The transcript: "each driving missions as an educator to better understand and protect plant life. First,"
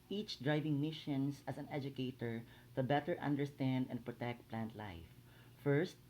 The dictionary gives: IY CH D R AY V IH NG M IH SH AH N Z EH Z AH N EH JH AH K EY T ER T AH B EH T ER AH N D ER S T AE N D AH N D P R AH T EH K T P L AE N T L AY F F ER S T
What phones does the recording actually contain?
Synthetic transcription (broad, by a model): IY CH D R AY V IH NG M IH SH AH N S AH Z AH N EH JH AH K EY T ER T AH B EH T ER AH N D ER S T AE N D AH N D P R AH T EH K T P L AE N T L AY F F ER S T